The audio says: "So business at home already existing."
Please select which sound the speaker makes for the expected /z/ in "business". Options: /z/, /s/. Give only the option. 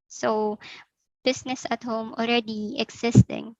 /s/